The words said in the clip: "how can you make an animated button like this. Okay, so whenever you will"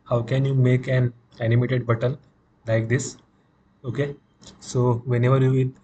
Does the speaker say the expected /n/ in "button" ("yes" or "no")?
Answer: no